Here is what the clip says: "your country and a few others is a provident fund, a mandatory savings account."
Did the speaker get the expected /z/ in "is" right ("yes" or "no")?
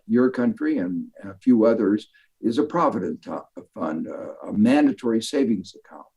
yes